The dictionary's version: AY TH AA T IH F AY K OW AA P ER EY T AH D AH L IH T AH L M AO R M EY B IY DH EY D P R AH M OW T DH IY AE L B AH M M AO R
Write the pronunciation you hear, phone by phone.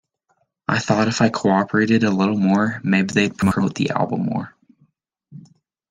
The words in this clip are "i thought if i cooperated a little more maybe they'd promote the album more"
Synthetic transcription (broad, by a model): AY TH AA T IH F AY K OW AA P ER EY T AH D AH L IH T L M AO R M EY B IY DH EY D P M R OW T DH IY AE L B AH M M AO R